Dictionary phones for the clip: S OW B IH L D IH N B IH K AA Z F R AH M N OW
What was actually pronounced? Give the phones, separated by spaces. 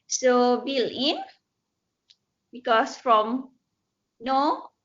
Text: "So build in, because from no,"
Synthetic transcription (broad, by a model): S OW B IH L IH N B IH K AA S F R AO M N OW